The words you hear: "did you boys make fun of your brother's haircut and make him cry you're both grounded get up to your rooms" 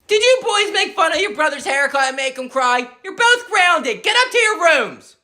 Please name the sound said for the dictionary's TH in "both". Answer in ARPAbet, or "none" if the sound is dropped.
TH